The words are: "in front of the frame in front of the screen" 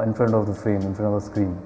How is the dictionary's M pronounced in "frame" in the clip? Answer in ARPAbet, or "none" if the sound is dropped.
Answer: M